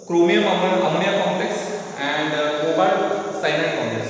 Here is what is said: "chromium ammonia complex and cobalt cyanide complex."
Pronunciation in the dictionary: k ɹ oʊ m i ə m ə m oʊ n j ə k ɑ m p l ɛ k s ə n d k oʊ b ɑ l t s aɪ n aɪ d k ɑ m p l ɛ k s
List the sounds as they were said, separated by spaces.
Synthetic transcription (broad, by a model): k ɹ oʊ m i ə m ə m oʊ l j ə k ɑ m p l ɛ k s ə n d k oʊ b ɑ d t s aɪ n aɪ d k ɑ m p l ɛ k s